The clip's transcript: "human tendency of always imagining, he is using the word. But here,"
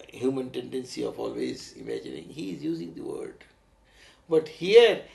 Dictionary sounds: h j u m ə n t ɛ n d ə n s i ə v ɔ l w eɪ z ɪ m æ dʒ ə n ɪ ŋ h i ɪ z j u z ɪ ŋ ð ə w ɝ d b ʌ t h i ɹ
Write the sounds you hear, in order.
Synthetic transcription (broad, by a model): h j u m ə n t ɛ n d ə n s i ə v ɔ l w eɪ z ɪ m æ dʒ ə n ɪ ŋ h i ɪ z j u z ɪ ŋ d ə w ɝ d b ʌ t h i ɹ